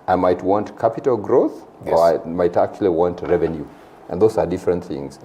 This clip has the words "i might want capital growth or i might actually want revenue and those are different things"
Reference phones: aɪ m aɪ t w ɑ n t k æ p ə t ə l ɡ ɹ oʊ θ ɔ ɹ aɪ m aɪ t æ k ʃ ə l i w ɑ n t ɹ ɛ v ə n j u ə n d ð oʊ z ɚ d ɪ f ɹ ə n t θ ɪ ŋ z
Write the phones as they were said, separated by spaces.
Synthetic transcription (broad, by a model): aɪ m aɪ t w ɑ n t k æ p ə t ə l ɡ ɹ oʊ θ ɔ ɹ aɪ m aɪ t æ k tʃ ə l i w ɑ n t ɹ ɛ v ə n j u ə n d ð oʊ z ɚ d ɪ f ɹ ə n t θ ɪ ŋ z